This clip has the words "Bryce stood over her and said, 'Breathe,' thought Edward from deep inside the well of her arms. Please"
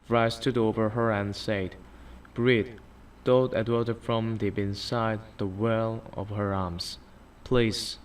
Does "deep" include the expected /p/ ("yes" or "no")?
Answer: no